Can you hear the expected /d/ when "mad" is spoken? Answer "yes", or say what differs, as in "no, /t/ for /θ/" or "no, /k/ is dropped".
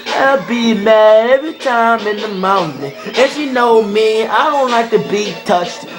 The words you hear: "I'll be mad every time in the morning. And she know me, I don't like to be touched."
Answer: no, /d/ is dropped